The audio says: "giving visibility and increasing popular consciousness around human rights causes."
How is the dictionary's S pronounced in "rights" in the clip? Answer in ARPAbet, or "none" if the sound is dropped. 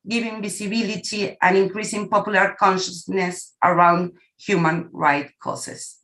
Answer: none